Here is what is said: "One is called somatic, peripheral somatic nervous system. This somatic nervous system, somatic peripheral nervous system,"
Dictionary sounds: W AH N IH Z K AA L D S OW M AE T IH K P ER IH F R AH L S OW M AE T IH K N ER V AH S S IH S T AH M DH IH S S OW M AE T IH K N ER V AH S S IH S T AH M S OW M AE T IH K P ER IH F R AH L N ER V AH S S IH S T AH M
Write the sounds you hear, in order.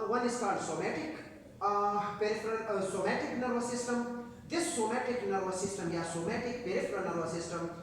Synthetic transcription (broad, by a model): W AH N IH S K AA D S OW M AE T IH K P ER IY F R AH S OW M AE T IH K N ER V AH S S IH S T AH M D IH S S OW M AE T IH K N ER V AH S S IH S T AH M S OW M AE T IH K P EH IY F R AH N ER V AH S S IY S T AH M